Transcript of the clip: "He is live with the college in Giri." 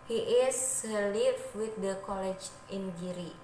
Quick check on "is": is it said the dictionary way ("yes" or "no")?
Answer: no